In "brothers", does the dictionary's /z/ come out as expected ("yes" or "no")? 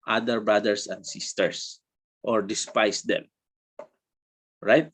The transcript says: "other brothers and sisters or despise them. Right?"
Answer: no